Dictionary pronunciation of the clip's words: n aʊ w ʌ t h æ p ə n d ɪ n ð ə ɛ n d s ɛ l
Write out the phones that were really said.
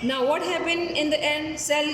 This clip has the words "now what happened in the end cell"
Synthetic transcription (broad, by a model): n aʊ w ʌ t h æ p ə n ɪ n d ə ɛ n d s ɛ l